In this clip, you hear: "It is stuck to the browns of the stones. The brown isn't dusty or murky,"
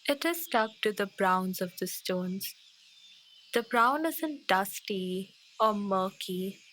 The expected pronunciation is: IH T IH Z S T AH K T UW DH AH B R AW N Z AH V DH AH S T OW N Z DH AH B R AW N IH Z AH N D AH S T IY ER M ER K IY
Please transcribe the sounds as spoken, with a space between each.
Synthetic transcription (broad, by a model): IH T IH Z S T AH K T UW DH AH B R AW N Z AH V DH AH S T OW N Z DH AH B R AW N IH Z AH N D AH S T IY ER M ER K IY